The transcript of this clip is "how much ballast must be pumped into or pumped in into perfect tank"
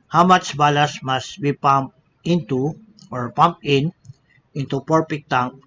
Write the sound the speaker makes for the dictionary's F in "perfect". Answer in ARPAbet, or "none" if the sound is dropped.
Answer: P